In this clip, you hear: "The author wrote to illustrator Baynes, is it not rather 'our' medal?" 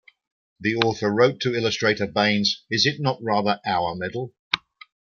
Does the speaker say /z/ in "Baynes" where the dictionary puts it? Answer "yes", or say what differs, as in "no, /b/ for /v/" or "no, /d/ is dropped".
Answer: yes